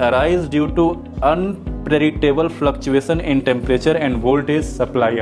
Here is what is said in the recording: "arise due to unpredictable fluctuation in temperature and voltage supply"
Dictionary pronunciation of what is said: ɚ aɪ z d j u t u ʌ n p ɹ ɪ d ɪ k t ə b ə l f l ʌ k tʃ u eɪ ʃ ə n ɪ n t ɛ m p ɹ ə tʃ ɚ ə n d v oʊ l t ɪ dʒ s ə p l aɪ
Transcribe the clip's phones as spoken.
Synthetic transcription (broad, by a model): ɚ aɪ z d j u t u ʌ n p ɹ ɪ d ɪ k t ə b ə l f l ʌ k tʃ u eɪ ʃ ə n ɪ n t ɛ m p ɹ ə tʃ ɚ ə n d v oʊ l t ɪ z s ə p l aɪ